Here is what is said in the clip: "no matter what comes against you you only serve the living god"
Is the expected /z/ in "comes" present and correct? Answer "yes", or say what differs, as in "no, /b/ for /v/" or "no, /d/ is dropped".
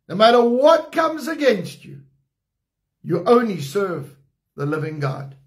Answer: yes